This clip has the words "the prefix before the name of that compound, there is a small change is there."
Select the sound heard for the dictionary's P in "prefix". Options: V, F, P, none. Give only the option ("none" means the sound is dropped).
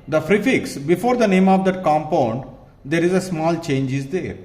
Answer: F